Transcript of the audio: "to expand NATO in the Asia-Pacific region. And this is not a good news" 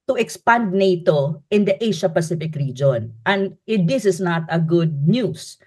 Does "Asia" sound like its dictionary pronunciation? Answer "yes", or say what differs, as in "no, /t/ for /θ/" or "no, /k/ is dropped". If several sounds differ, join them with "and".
no, /ʃ/ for /ʒ/